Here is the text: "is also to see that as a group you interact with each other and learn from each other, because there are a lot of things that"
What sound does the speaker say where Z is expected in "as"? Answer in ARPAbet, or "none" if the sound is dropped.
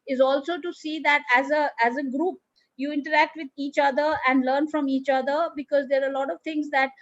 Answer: Z